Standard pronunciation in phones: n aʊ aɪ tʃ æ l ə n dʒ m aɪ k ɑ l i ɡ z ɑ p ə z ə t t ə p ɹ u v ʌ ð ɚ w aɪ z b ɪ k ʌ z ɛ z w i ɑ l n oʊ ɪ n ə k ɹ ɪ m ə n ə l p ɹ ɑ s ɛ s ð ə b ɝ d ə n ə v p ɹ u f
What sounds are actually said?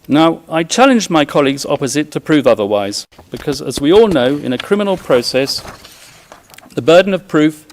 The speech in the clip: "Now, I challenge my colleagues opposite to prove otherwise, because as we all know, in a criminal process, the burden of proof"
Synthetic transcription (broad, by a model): n aʊ aɪ tʃ æ l ə n dʒ m aɪ k ɑ l i ɡ z ɑ p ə z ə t t ə p ɹ u v ʌ ð ɚ w aɪ z b ɪ k ʌ z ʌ z w i ɑ l n oʊ ɪ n ə k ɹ ɪ m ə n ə l p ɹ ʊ s ɛ s ð ə b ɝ d n ə v p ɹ u f